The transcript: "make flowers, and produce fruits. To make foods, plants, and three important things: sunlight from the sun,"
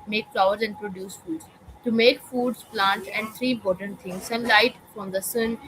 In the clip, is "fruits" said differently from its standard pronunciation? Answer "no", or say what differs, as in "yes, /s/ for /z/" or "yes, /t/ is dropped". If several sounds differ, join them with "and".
yes, /ɹ/ is dropped